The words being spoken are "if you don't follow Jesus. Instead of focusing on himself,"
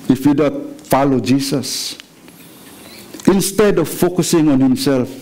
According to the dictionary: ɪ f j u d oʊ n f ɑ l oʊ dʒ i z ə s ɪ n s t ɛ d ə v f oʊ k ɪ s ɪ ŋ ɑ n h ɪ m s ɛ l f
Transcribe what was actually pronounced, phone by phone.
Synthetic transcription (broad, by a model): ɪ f j u d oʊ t f ɑ l oʊ dʒ i s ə s ɪ n s t ɛ d ə v f oʊ k ɪ s ɪ ŋ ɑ n h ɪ m s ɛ l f